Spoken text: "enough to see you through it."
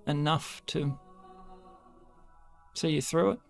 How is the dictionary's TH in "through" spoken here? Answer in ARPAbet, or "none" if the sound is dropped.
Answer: TH